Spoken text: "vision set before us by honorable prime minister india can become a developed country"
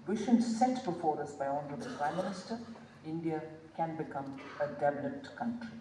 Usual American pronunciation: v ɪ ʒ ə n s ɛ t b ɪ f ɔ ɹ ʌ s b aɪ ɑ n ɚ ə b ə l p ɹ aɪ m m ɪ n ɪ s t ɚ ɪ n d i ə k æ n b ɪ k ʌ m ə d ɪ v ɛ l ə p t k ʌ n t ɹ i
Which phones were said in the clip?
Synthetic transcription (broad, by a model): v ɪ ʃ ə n s ɛ t b ɪ f ɔ ɹ ʌ s b aɪ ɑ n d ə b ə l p ɹ aɪ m m ɪ n ɪ s t ɚ ɪ n d i ə k æ n b ɪ k ʌ m ə d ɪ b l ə t k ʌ n t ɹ i